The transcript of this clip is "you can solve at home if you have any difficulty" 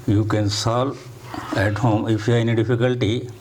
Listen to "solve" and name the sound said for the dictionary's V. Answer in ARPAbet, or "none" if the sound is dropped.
none